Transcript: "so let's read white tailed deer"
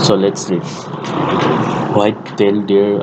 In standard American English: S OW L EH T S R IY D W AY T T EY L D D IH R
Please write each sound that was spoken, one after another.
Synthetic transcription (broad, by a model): S OW L EH T S L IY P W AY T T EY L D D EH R